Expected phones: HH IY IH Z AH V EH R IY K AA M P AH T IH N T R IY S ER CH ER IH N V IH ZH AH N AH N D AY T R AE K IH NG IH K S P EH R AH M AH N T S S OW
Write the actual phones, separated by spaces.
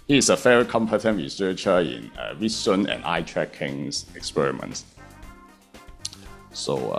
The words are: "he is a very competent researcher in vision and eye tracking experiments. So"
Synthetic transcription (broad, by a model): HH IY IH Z AH F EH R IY K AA M P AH T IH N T R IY S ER CH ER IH N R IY S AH N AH N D AY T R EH K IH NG IH K S P EH R AH M AH N T S S OW